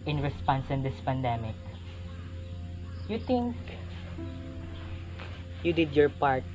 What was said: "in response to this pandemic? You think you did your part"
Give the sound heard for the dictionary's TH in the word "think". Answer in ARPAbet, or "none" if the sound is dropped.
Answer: T